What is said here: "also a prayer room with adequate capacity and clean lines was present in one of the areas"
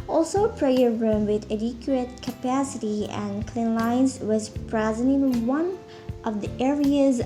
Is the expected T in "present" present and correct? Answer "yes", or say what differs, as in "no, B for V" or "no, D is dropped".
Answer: no, T is dropped